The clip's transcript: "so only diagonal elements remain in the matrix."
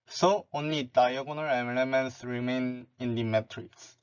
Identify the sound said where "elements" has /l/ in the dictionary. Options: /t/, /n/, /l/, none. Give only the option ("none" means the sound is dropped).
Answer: /n/